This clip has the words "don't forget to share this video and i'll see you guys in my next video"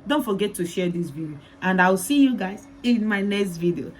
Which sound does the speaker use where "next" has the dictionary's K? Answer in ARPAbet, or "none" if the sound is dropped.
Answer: K